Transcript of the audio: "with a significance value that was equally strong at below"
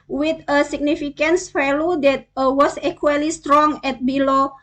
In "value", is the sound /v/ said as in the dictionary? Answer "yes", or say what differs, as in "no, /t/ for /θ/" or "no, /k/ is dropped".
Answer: no, /f/ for /v/